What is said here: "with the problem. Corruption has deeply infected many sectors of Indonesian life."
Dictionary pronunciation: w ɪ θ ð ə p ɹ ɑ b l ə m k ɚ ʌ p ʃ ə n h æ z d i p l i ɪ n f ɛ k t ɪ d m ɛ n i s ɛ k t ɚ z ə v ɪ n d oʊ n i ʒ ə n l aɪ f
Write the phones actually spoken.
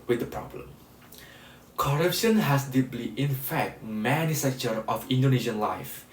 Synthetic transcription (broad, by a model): w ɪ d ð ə p ɹ ɑ b l ə m k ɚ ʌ p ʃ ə n h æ s d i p l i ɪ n f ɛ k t m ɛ n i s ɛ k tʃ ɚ ə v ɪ n d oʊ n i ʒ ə n l aɪ f